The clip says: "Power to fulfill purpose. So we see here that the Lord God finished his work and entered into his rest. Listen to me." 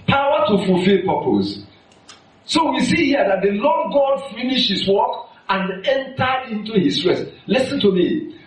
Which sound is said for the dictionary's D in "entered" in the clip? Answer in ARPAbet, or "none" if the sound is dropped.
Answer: none